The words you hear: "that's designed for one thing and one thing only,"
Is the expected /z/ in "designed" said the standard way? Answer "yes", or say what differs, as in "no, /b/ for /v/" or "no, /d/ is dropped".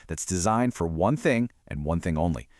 yes